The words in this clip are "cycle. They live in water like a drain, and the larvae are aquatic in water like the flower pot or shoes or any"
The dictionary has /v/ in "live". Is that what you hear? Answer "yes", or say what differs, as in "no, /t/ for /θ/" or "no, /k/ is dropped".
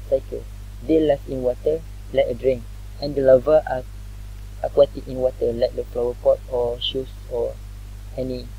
no, /f/ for /v/